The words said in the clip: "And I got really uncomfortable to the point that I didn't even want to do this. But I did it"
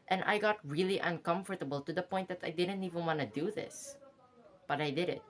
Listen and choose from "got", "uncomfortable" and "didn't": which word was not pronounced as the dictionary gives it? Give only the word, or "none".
none